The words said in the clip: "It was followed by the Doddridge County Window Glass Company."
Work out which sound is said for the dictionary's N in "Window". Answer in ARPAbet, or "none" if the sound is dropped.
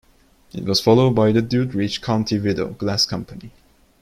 none